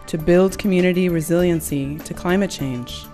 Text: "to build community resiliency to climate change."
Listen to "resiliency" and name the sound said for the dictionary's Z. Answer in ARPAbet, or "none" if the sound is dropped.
Z